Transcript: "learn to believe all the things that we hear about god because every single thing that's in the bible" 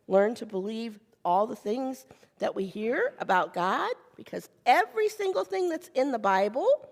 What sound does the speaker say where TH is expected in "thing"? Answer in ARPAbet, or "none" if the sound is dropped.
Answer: TH